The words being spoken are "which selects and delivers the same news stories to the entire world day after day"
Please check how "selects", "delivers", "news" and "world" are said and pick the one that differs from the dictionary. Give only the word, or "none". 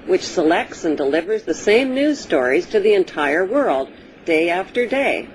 none